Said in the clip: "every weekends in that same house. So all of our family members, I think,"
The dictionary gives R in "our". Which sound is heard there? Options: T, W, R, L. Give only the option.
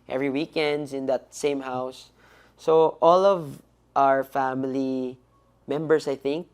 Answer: R